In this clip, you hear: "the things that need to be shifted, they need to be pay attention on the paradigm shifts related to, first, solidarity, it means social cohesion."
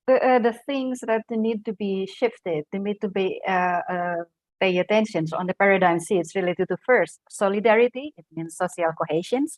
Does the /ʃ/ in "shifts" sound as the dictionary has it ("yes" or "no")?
no